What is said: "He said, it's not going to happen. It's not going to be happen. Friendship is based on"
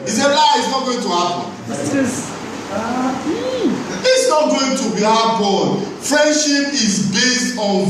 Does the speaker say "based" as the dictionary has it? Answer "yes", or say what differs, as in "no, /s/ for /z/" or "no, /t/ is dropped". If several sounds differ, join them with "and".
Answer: yes